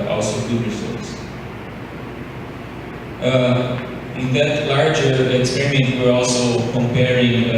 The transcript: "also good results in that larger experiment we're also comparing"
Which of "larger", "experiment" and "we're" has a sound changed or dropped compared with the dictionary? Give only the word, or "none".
none